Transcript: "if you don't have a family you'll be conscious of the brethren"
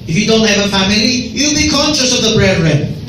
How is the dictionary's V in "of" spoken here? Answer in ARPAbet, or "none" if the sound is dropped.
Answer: V